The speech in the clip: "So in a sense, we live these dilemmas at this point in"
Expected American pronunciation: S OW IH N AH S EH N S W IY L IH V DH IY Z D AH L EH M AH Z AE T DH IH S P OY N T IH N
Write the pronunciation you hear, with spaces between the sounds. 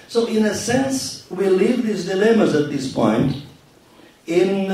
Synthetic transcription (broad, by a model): S OW IH N AH S EH N S W IY L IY V DH IY Z D AH L EH M AH Z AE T DH IH S P OY N T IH N